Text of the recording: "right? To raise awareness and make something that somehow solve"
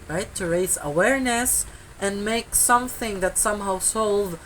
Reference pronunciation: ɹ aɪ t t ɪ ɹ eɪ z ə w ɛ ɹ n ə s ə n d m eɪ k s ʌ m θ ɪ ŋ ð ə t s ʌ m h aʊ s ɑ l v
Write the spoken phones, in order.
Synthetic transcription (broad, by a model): ɹ aɪ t t ɪ ɹ eɪ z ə w ɛ ɹ n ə s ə n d m eɪ k s ʌ m θ ɪ ŋ ð ə t s ʌ m h aʊ s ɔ l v